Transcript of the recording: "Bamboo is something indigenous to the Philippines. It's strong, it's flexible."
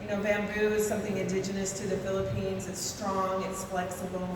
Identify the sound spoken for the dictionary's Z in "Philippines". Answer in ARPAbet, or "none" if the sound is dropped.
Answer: Z